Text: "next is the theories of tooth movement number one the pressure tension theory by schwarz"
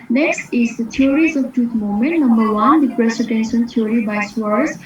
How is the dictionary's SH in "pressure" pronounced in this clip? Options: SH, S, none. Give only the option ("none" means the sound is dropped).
S